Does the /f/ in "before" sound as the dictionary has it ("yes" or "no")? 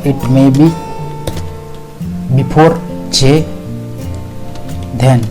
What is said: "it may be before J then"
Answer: no